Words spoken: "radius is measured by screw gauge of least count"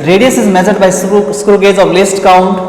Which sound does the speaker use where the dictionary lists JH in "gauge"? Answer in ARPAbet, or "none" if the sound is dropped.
Z